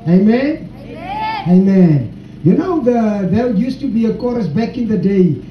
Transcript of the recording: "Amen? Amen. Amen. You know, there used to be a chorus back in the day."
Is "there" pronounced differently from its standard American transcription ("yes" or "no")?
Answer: yes